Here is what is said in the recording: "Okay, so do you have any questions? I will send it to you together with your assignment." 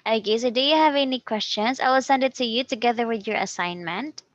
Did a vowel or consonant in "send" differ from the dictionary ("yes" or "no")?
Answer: no